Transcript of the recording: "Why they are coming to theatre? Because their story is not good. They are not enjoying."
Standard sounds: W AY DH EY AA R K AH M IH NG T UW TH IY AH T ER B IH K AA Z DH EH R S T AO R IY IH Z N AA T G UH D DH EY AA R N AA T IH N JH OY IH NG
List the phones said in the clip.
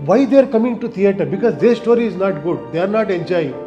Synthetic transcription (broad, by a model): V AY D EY R K AH M IH NG T UW T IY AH T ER B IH K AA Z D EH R S T AO R IY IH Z N AA T G UH D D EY AA R N AA T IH N JH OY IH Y